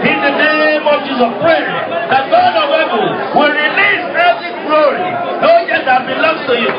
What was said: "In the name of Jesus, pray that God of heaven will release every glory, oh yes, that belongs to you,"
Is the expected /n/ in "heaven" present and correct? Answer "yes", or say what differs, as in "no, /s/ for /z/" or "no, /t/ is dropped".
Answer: no, /l/ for /n/